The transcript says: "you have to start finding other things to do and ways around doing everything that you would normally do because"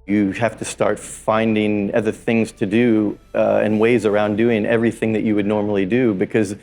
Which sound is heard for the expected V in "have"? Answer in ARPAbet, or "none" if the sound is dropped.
F